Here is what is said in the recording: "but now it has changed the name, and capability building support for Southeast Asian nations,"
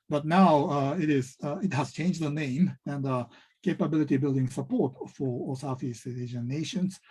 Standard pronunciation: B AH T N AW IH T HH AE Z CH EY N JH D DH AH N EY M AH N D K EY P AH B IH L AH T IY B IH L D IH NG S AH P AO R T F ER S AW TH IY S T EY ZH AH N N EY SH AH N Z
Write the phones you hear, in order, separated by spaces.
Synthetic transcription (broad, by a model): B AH T N AW IH T HH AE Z CH EY N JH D DH AH N EY M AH N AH K EY P AH B IH L AH T IY B IH L D IH NG S AH P AO R T F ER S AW F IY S EY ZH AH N N EY SH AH N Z